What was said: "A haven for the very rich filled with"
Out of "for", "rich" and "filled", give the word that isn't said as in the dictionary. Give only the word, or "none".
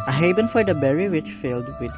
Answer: rich